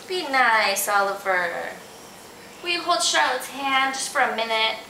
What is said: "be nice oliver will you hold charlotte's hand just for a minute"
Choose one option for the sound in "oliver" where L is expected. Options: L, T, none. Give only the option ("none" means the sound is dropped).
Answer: L